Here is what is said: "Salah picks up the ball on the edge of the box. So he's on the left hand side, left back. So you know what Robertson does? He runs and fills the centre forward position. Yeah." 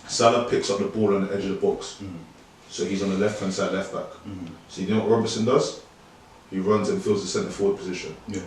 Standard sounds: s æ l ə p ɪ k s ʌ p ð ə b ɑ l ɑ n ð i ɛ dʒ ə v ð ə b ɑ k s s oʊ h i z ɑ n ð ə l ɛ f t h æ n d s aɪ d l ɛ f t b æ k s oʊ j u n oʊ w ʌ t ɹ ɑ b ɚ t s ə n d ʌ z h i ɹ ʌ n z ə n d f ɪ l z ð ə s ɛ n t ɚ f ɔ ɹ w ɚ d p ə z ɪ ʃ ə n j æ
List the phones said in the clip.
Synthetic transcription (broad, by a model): s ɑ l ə p ɪ k s ʌ p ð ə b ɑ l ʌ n ð i ɛ dʒ ə v ð ə b ɑ k s s oʊ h i z n ð ə l ɛ f t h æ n s aɪ d l ɛ f t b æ k s oʊ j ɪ n oʊ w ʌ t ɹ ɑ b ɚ s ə n d ʌ z h i ɹ ʌ n z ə n f ɪ l z ð ə s ɛ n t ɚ f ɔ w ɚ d p ə z ɪ ʃ ə n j